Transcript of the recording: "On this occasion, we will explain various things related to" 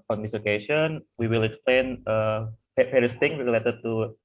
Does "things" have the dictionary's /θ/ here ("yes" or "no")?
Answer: no